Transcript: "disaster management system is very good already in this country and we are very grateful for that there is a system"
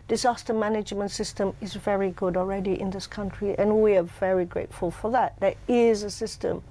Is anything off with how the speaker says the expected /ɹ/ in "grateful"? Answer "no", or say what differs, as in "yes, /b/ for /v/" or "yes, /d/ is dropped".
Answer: no